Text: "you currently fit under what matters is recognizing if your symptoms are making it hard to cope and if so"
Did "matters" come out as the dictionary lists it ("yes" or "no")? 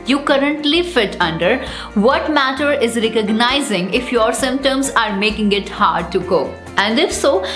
no